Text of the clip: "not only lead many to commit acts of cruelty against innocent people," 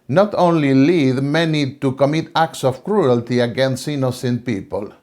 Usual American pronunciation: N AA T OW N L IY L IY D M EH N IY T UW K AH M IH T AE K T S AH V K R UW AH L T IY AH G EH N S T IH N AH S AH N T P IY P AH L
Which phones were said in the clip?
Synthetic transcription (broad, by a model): N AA T OW N L IY L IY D M EH N IY T UW K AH M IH T AE K T S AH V K R UW AH L T IY AH G EH N S T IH N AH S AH N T P IY P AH L